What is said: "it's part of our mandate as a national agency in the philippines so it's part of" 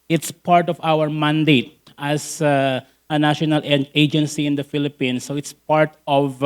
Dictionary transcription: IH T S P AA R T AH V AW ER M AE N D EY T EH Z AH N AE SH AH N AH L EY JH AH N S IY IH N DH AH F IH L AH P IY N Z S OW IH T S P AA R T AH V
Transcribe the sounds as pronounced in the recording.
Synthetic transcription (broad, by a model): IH T S P AA R T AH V AW ER M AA N D EY T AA S AH N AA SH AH N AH L EY JH AH N S IY IH N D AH F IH L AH P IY N S OW IH T S P AA R T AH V